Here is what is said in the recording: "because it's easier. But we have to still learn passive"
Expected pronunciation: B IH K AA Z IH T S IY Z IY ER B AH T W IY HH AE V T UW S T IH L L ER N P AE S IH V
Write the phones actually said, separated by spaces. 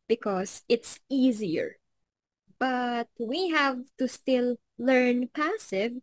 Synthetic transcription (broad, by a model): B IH K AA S IH T S IY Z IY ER B AH T W IY HH AE V T UW S T IH L L ER N P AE S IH V